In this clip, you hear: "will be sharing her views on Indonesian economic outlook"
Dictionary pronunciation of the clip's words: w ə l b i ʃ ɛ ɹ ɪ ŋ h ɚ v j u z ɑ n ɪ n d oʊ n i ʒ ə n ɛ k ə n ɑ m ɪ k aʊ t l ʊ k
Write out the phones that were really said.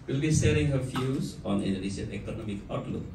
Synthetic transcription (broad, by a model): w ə l b i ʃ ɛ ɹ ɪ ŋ h ɚ f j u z ɑ n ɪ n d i s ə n ɛ k ə n ɑ m ɪ k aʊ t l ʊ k